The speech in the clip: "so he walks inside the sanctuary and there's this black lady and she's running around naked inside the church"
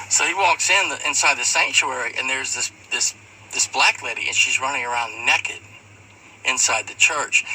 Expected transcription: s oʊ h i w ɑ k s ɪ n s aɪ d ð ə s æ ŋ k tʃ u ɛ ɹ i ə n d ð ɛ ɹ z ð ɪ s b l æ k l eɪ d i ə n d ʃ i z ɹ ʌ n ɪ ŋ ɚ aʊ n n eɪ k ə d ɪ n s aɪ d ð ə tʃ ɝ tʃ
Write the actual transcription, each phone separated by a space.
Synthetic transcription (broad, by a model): s oʊ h i w ɑ k s ɪ n s aɪ d ð ə s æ ŋ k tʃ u ɛ ɹ i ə n ð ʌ ɹ z ð ɪ s b l æ k l eɪ d i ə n ʃ i z ɹ ʌ n ɪ ŋ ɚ aʊ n n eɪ k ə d ɪ n s aɪ d ð ə tʃ ɝ tʃ